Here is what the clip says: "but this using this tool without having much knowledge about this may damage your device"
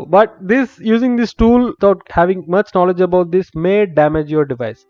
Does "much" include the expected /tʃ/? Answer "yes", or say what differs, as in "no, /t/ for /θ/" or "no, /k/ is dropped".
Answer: yes